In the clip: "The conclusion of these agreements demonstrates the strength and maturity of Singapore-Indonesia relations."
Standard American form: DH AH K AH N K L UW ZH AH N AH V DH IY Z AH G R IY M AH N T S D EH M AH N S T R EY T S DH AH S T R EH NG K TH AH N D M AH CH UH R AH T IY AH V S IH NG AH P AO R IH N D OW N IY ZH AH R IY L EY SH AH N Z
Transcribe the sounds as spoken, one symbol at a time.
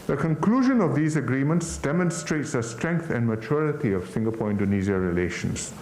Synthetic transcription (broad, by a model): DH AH K AH N K L UW ZH AH N AH V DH IY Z AH G R IY M AH N T S D EH M AH N S T R EY T S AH S T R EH NG K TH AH N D M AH CH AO R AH T IY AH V S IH NG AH P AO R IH N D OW N IY Z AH R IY L EY SH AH N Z